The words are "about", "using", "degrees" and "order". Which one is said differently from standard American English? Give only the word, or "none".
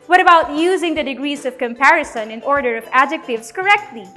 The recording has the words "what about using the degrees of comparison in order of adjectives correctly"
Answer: none